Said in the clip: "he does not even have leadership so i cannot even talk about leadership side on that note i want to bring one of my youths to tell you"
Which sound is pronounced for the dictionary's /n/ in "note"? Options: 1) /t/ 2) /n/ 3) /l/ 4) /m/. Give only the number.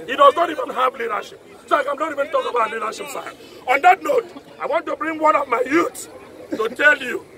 2